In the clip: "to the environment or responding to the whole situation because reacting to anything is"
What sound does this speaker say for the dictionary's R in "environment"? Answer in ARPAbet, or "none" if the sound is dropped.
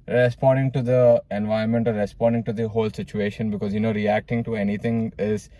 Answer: none